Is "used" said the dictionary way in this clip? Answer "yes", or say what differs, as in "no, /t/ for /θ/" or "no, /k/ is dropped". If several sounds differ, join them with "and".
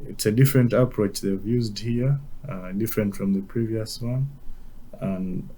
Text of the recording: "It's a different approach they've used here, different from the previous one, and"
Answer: yes